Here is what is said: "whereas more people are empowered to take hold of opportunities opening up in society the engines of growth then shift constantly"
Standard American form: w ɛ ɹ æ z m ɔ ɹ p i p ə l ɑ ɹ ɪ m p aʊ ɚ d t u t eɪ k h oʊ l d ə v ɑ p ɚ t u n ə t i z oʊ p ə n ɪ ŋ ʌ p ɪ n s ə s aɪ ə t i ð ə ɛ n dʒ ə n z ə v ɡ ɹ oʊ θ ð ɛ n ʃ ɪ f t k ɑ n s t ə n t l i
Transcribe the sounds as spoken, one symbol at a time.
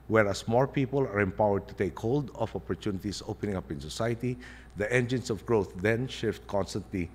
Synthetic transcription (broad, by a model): w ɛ ɹ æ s m ɔ ɹ p i p ə l ɑ ɹ ɪ m p aʊ ɚ d t u t eɪ k h oʊ l d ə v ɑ p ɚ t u n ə t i s oʊ p ə n ɪ ŋ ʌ p ɪ n s ə s aɪ ə t i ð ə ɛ n dʒ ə n s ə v ɡ ɹ oʊ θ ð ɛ n ʃ ɪ f t k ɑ n s t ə n t l i